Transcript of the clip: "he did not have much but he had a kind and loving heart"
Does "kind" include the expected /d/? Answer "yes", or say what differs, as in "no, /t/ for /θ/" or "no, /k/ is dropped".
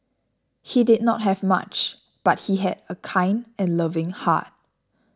yes